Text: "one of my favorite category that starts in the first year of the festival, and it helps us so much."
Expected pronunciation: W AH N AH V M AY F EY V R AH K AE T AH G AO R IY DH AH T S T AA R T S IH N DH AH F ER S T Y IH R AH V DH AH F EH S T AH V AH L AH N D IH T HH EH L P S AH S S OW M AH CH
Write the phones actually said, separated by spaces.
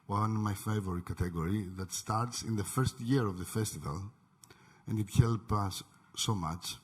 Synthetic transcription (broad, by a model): W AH N M AY F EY V R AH K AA T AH G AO R IY DH AH T S T AA R T S IH N DH AH F ER S T Y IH R AH V DH AH F EH S T AH V AH L AH N D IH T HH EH L P AH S S OW M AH CH